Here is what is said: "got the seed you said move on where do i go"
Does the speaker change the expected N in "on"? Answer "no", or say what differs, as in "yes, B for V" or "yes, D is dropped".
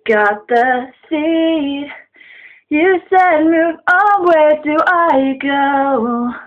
yes, L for N